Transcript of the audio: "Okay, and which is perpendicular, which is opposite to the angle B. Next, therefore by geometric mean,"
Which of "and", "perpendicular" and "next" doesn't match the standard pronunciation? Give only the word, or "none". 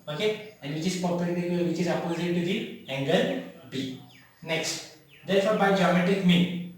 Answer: perpendicular